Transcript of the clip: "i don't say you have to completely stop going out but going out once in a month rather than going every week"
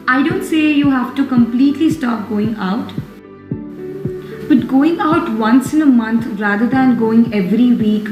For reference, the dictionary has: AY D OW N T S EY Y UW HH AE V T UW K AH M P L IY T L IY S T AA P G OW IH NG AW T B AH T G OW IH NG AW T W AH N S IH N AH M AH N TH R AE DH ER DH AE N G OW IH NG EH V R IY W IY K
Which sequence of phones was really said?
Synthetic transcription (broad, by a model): AY D OW N T S EY Y UW HH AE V T UW K AH M P L IY T L IY S T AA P G OW IH NG AW T B AH T G OW IH NG AW T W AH N S IH N AH M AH N T R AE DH ER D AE N G OW IH NG EH V R IY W IY K